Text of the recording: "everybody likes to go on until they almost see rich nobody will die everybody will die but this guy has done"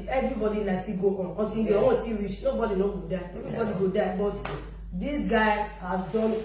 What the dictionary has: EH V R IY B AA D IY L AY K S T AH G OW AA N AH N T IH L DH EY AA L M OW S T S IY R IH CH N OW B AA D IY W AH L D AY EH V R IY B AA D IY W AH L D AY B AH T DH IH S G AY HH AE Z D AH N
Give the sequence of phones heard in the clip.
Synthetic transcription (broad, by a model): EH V R IY B AA D IY N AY S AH G OW AA N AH N T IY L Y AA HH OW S S IY R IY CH N OW B AA D IY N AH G D AY EH V R IY B AA D IY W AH D AY B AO T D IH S G AY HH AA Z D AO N